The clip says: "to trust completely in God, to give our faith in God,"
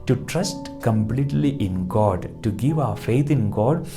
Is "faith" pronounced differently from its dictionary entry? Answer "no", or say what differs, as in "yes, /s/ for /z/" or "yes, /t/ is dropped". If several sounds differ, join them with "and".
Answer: yes, /t/ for /θ/